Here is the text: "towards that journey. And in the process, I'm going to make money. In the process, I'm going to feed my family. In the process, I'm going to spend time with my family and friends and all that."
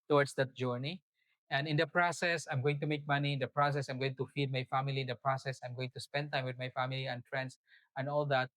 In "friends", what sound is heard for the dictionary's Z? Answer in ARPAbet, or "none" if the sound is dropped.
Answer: S